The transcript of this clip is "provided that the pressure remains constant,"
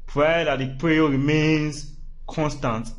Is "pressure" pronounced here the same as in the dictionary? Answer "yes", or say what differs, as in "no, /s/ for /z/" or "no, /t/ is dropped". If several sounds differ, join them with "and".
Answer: no, /ʃ/ is dropped